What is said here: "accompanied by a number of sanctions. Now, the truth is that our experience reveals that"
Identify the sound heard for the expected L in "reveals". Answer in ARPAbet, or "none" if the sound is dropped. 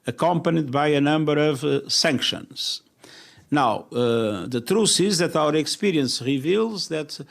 L